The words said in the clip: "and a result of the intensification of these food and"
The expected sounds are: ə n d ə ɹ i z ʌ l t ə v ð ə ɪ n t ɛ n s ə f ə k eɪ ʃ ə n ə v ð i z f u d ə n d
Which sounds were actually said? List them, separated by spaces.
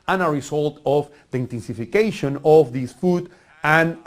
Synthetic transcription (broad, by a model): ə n ə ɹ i s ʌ l t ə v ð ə ɪ n t ɛ n s ə f ə k eɪ ʃ ə n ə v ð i s f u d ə n